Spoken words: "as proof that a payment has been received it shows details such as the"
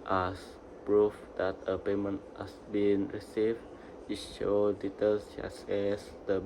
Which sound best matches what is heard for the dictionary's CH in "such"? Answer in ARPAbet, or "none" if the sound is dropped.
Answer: S